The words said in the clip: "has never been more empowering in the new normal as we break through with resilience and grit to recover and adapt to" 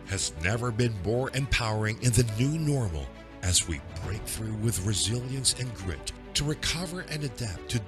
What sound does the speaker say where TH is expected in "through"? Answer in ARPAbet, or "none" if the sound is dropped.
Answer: TH